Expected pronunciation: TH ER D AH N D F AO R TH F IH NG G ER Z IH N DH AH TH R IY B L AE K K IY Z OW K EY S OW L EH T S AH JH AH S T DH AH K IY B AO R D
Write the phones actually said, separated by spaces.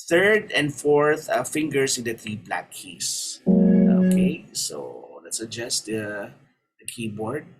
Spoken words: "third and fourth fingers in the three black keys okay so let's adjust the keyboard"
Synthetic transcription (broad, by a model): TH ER D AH N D F AO R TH F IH NG G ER S IH N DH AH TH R IY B L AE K K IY S OW K EY S OW L EH T S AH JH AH S T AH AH K IY B AO R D